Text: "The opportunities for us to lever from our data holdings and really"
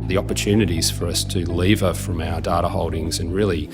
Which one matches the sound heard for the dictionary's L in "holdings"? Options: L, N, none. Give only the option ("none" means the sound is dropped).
L